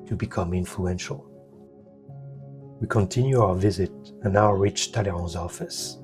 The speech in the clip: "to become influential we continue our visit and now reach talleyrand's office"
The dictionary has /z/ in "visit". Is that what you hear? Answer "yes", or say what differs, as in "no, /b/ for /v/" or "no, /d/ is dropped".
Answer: yes